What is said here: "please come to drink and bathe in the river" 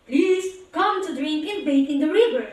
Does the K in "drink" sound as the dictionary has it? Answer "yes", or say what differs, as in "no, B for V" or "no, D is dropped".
yes